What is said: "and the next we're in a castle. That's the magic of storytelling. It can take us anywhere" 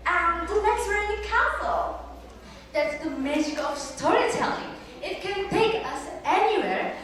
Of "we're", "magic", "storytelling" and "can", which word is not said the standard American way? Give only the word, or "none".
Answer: we're